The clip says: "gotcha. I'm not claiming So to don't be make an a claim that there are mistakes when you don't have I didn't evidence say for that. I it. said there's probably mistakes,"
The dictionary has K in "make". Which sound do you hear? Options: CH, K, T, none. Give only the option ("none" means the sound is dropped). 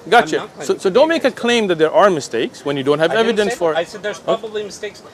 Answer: none